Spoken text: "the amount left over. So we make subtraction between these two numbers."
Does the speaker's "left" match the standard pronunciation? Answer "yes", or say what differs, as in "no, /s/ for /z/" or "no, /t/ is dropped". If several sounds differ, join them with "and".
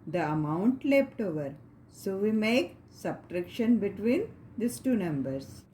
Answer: no, /p/ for /f/